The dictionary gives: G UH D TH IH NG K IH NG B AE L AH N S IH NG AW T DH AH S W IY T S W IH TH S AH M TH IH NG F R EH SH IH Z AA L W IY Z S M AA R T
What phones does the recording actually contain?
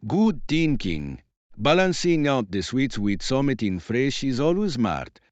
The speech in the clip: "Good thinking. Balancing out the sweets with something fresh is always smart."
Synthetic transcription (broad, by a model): G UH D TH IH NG K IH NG B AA L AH N S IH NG AW T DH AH S W IY T S W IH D S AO M T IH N F R EH SH IH Z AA L W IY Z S M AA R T